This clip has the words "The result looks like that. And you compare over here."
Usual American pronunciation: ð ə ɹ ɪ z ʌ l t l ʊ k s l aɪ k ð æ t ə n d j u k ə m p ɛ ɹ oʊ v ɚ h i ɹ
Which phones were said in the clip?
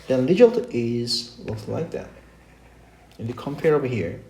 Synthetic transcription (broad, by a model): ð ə l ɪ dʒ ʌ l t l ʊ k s l aɪ k ð æ t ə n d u k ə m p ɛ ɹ oʊ v ɚ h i ɹ